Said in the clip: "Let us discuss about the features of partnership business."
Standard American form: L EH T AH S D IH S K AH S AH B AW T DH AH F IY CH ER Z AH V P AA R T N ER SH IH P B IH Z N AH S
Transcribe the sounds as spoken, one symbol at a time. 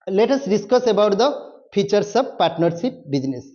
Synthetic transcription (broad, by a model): L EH T AH S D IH S K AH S AH B AW T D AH P IY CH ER S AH B P AA R T N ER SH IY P B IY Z N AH S